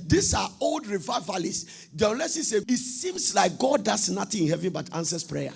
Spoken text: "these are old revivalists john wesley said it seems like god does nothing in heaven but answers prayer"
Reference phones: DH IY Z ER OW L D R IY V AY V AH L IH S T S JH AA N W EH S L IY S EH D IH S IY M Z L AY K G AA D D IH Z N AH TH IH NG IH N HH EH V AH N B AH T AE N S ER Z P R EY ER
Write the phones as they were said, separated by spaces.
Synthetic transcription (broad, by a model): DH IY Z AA OW L D R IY V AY V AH L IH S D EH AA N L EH S IY S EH IH S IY M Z L AY K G AA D D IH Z N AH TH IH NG IH N HH EH V AH N B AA T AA N S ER S P R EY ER